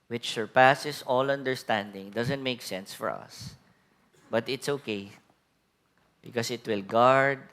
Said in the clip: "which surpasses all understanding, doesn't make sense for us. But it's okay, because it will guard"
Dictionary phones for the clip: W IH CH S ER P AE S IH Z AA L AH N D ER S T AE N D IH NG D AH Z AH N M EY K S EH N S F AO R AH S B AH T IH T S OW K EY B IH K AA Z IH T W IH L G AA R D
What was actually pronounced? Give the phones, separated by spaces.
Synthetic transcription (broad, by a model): W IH CH S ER P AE S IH S AA L AH N D ER S T AE N D IH NG D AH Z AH N M EY K S EH N S F AO R AH S B AH T IH T S OW K EY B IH K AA S IH T W IH L G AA R D